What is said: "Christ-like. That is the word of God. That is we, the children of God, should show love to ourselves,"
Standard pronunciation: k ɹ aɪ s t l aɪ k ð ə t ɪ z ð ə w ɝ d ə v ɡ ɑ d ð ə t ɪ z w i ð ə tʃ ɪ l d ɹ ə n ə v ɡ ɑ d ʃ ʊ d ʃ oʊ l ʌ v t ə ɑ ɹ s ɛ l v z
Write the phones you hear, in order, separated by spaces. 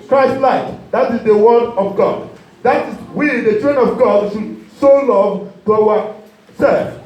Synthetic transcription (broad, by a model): k ɹ aɪ s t l aɪ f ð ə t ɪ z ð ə w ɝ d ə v ɡ ɑ d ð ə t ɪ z w i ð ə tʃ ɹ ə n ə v ɡ ɑ d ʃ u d s oʊ l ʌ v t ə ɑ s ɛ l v